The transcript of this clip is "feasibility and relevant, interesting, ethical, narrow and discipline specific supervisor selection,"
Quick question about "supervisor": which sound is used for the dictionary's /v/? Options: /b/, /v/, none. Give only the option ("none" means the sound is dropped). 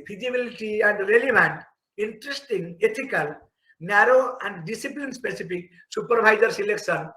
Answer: /b/